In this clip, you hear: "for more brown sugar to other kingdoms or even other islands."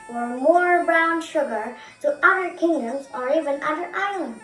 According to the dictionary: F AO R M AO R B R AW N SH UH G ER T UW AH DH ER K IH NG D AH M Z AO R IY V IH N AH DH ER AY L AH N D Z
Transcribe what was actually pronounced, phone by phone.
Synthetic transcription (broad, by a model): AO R M AO R B R AW N SH UH G ER T UW AH DH ER K IH NG D AH M Z AO R IY V IH N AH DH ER AY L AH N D